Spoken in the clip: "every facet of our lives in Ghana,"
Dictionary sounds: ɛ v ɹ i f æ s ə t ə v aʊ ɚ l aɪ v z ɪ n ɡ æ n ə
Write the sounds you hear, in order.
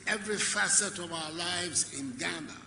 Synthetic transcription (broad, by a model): ɛ v ɹ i f æ s ə t ə v aʊ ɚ l aɪ v z ɪ n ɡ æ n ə